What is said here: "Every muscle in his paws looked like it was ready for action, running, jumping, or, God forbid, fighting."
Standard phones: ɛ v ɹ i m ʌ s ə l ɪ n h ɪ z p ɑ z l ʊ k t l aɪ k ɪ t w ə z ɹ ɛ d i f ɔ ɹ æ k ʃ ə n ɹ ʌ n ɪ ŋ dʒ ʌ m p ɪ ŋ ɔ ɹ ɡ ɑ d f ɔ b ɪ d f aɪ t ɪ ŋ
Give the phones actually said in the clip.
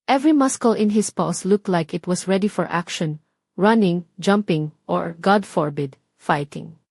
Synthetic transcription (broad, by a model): ɛ v ɹ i m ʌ s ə l ɪ n h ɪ s p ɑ s l ʊ k t l aɪ k ɪ t w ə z ɹ ɛ d i f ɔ ɹ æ k ʃ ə n ɹ ʌ n ɪ ŋ dʒ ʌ m p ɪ ŋ ɔ ɹ ɡ ɑ d f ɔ b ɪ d f aɪ t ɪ ŋ